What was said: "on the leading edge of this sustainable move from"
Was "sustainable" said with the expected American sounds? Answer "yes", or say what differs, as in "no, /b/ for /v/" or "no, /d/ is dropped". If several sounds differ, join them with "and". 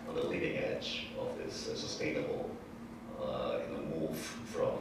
no, /n/ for /l/